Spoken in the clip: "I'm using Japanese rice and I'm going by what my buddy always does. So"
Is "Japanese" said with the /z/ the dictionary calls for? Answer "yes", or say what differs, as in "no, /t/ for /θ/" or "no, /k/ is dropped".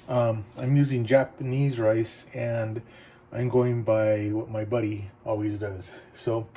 yes